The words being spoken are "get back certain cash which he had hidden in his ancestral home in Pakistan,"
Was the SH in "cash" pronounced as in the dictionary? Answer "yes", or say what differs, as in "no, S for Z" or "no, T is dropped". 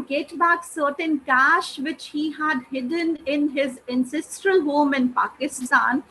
yes